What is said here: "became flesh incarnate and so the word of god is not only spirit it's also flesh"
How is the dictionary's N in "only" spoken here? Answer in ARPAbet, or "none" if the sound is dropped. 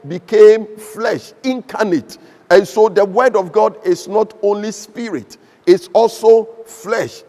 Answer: N